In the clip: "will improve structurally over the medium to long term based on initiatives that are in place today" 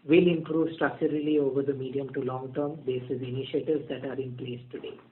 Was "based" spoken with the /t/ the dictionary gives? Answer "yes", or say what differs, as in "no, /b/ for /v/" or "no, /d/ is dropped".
no, /t/ is dropped